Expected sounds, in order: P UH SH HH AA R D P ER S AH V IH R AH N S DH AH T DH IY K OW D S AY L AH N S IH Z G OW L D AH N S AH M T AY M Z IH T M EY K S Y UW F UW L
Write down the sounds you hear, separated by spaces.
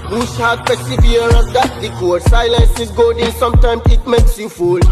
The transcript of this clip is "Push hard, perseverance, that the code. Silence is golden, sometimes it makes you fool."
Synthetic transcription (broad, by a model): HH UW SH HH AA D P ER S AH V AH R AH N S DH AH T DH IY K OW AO S AY L AH N S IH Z G OW D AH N S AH M T AY M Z IH T M EY K S Y UW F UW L